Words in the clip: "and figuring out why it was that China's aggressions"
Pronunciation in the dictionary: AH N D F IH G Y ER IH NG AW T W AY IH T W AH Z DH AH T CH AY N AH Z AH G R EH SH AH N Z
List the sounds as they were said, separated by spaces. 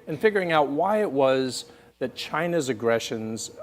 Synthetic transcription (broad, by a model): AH N F IH G Y ER IH NG AW T W AY IH T W AH Z DH AH T CH AY N AH Z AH G R EH SH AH N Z